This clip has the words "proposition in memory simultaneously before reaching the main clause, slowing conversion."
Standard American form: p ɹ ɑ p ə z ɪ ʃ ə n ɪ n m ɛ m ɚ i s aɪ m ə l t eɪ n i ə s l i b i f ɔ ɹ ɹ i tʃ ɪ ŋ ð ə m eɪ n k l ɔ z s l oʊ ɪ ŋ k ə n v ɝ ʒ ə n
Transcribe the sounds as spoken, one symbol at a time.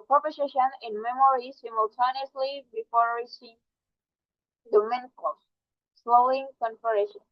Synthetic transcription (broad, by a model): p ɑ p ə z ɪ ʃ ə n ɪ n m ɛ m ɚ i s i m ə l t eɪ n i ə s l i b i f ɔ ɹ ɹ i ʃ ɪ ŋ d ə m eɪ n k ɔ s l oʊ ɪ ŋ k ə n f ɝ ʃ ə n